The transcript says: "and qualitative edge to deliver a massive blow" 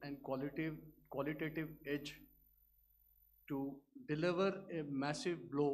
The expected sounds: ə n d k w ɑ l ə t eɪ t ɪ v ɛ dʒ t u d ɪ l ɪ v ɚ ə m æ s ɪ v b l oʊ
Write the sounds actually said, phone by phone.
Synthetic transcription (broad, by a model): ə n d k w ɑ l ə t eɪ t ɪ v ɛ dʒ t u d ɪ l ɪ v ɚ ə m æ s ɪ v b l oʊ